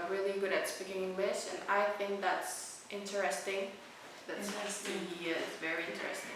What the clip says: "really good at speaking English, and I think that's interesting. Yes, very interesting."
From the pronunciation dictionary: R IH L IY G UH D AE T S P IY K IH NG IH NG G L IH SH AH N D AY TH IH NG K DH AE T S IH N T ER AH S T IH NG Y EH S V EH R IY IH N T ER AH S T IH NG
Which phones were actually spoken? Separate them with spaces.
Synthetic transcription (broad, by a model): R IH L IY G UH D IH T S P IY K IH NG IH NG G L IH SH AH N AY TH IH NG K DH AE T S IH N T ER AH S T IH NG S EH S V EH R IY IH N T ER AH S T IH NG